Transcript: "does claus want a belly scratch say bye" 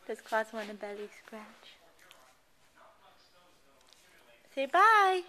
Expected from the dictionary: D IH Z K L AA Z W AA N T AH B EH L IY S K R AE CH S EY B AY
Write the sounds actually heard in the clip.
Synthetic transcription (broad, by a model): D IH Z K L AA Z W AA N AH B EH L IY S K R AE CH S EY B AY